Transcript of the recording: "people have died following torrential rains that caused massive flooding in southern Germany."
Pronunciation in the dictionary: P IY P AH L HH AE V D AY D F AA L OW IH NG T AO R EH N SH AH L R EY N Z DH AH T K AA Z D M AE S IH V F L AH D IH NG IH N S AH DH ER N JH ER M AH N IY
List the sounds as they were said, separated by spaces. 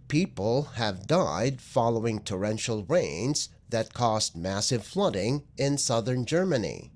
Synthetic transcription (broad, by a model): P IY P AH L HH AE V D AY D F AA L OW IH NG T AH R EH N SH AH L R EY N Z DH AH T K AA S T M AE S IH V F L AH D IH NG IH N S AH DH ER N JH ER M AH N IY